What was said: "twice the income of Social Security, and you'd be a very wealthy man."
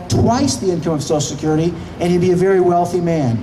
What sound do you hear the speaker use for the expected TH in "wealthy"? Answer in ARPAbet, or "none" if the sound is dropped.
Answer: TH